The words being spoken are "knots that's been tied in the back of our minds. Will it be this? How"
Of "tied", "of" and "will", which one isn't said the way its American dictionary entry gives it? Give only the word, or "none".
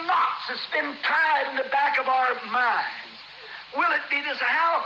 none